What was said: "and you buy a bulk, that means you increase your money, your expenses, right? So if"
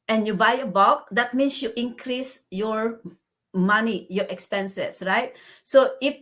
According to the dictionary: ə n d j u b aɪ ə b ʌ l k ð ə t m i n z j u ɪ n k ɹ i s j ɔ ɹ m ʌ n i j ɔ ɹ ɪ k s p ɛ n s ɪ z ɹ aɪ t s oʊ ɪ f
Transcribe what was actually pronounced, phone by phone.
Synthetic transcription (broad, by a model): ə n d j u b aɪ ə b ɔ k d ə t m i n s j u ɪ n k ɹ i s j ɔ ɹ m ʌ n i j ɔ ɹ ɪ k s p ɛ n s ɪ s ɹ aɪ t s oʊ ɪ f